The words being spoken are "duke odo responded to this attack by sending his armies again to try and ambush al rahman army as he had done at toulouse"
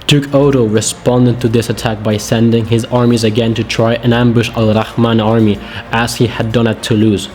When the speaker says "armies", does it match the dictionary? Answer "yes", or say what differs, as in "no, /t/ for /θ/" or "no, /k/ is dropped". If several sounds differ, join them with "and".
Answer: yes